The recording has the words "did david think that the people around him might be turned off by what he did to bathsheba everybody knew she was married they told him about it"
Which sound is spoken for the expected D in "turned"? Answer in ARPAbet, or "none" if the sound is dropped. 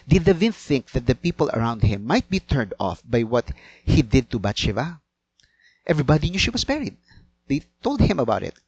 D